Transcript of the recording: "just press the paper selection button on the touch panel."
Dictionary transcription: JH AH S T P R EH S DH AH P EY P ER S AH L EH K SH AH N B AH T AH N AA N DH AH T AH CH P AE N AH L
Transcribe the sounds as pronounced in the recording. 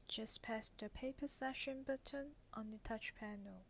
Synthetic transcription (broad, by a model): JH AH S P EH S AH P EY P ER S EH SH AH N B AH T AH N AA N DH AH T AH CH P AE N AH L